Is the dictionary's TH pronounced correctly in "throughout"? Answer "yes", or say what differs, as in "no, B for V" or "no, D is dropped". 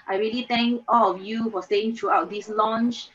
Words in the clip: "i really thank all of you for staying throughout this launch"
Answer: no, T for TH